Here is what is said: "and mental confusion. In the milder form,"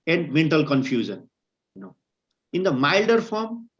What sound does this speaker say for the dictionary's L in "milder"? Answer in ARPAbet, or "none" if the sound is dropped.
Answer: L